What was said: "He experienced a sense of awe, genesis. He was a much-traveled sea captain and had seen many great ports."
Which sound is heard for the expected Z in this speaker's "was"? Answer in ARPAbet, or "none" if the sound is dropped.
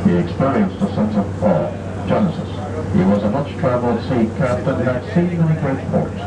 Z